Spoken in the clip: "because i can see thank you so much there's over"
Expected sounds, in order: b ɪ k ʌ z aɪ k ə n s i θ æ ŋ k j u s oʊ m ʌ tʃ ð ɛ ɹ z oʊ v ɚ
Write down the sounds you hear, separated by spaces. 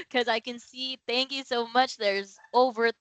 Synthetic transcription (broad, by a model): k ʌ z aɪ k ə n s i θ æ ŋ k j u s oʊ m ʌ tʃ ð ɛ ɹ z oʊ v ɚ